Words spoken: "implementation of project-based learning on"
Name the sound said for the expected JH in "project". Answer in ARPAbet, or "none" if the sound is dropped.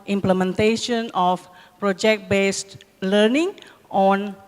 JH